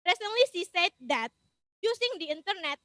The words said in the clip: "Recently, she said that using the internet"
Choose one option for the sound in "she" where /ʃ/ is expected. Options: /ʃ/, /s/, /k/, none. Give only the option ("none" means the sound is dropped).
/s/